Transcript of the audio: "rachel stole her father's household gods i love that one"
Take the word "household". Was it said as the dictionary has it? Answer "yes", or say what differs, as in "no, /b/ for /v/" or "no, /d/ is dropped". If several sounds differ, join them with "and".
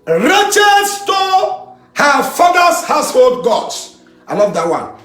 yes